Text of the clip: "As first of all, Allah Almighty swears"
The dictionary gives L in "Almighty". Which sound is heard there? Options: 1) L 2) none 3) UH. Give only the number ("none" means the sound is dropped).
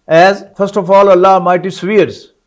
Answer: 2